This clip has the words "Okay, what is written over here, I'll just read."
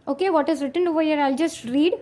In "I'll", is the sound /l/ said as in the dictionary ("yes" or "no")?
yes